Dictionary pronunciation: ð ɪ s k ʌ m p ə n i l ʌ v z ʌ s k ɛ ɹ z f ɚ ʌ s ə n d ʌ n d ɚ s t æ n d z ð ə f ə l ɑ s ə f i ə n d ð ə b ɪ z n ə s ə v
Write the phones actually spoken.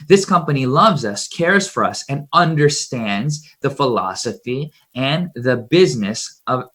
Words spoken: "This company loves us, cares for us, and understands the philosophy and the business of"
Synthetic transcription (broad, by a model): ð ɪ s k ʌ m p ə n i l ʌ v z ʌ s k ɛ ɹ z f ɚ ʌ s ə n ʌ n d ɚ s t æ n d z ð ə f ə l ɑ s ə f i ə n ð ə b ɪ z n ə s ə v